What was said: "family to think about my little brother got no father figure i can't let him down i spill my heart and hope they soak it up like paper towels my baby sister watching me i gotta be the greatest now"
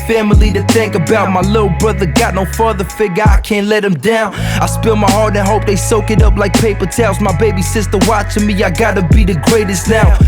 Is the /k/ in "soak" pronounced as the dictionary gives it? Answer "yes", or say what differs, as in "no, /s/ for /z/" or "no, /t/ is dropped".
yes